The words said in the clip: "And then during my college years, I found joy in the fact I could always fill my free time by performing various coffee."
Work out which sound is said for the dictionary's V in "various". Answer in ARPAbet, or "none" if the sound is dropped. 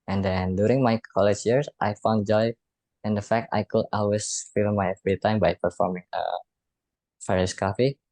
F